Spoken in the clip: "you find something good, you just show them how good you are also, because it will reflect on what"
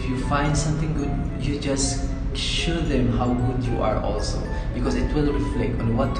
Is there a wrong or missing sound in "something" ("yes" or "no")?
yes